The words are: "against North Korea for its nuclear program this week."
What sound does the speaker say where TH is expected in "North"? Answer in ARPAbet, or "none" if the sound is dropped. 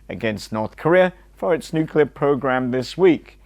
TH